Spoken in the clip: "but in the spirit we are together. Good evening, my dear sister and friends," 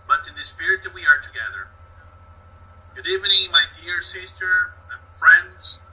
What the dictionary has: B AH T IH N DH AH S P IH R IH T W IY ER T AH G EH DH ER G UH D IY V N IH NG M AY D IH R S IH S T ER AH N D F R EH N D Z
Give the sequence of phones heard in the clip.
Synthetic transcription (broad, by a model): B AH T IH N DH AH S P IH R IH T W IY ER T AH G EH DH ER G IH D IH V IH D M AY D IH R S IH S T ER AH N F R EH N D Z